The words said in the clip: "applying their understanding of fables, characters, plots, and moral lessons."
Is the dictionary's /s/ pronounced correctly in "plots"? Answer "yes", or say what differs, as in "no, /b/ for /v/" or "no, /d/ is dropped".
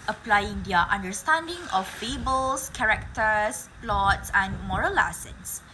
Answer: yes